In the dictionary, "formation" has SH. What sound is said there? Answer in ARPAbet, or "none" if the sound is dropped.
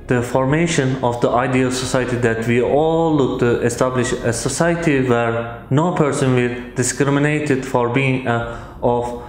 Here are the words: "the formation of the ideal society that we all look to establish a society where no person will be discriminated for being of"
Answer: SH